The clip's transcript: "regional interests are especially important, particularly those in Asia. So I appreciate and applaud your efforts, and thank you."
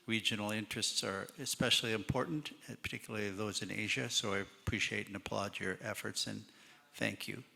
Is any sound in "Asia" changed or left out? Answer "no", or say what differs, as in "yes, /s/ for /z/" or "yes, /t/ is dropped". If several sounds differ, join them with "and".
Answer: no